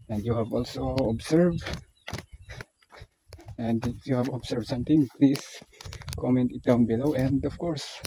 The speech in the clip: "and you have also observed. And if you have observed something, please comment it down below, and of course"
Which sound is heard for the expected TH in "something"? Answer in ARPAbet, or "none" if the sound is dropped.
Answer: T